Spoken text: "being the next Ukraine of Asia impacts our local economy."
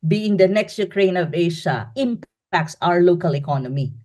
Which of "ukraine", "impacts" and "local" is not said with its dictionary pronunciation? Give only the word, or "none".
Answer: none